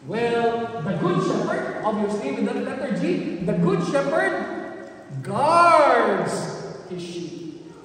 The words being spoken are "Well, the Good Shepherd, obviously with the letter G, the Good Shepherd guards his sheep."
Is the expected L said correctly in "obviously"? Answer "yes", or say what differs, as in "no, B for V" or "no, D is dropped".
no, L is dropped